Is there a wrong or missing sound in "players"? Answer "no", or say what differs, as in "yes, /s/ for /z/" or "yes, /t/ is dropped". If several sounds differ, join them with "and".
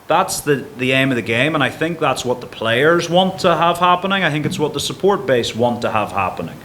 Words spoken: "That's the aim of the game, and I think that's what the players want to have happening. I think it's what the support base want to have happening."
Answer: no